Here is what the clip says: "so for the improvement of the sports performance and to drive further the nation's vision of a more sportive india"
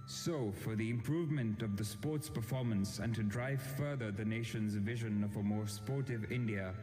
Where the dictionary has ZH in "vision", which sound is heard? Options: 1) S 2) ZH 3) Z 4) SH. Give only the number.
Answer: 2